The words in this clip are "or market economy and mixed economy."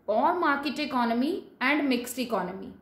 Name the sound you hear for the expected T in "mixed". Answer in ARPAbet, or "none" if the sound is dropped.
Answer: none